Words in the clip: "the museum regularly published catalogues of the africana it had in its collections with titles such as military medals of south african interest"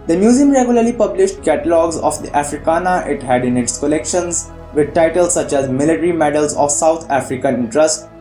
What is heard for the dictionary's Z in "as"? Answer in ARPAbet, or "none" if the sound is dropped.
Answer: Z